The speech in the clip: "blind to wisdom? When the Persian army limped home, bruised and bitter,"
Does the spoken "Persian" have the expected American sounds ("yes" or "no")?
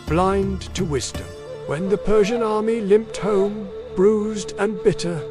yes